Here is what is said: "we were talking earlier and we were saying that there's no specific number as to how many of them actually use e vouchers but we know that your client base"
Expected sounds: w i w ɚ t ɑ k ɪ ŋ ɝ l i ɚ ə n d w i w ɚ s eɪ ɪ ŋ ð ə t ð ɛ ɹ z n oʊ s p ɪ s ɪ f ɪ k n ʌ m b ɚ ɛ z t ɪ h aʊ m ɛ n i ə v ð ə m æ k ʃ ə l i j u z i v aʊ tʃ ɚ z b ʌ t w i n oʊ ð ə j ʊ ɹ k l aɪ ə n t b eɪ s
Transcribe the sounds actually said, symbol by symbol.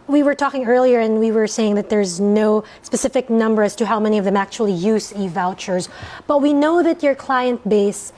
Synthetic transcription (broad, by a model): w i w ɚ t ɑ k ɪ ŋ ɝ l i ɚ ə n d w i w ɚ s eɪ ɪ ŋ ð ə t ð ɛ ɹ z n oʊ s p ɪ s ɪ f ɪ k n ʌ m b ɚ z t ɪ h aʊ m ɛ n i ə v ð ə m æ k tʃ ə l i j u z i v aʊ tʃ ɚ z b ʌ t w i n oʊ ð ə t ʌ ɹ k l aɪ ə n t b eɪ s